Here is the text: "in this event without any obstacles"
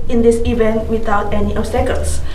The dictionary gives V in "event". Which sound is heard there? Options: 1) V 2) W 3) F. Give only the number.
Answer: 1